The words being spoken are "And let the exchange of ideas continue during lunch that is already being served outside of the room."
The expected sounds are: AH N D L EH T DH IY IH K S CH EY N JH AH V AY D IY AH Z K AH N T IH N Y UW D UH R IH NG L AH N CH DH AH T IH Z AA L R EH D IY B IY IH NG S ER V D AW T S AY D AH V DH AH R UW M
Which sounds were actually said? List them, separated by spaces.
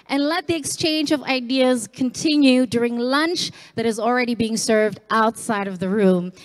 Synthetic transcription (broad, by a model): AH N L EH T DH IY IH K S CH EY N JH AH V AY D IY AH Z K AH N T IH N Y UW D UH R IH NG L AH N CH DH AH T IH Z L R EH D IY B IY IH NG S ER V D AW T S AY D AH V DH AH R UW M